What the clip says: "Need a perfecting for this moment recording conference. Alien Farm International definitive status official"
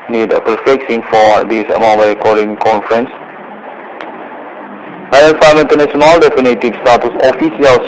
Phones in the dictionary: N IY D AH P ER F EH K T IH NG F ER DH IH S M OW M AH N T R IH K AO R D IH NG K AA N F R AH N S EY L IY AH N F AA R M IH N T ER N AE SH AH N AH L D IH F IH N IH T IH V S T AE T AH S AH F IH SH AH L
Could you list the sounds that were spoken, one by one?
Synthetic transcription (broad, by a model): N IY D AH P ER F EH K S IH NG F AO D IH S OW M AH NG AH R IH K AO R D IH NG K AA N F R AH N S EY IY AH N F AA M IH N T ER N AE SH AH N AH L D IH F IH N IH T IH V S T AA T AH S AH F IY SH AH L